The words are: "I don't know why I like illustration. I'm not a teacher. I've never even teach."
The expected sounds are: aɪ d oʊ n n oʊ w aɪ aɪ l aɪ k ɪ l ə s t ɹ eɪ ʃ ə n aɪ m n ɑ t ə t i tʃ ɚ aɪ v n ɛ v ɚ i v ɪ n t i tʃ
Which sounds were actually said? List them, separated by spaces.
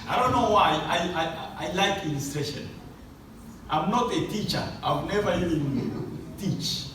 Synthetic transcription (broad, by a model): aɪ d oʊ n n oʊ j aɪ aɪ l aɪ k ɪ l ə s t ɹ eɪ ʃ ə n aɪ m n ɑ t ə t i tʃ ɚ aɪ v n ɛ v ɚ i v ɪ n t i tʃ